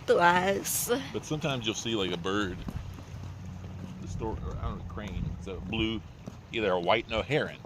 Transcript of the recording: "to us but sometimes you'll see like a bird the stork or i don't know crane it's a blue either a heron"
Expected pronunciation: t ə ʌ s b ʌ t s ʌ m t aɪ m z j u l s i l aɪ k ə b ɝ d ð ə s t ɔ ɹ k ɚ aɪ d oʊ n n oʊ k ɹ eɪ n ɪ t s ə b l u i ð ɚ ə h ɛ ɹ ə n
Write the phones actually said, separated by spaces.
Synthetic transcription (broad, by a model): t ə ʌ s b ʌ t s ʌ m t aɪ m z j u l s i l aɪ k ə b ɝ d ð ə s t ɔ ɹ ɚ aɪ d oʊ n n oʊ k ɹ eɪ n ɪ t s ə b l u i ð ɚ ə h ɛ ɹ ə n